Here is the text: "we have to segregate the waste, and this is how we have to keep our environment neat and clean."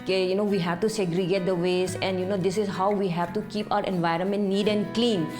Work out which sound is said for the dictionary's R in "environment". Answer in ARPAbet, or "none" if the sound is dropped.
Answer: R